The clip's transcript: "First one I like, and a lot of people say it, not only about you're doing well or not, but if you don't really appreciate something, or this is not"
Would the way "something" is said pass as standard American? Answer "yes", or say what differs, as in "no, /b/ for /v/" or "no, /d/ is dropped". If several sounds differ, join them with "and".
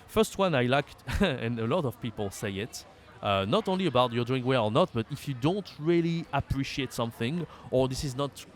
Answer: yes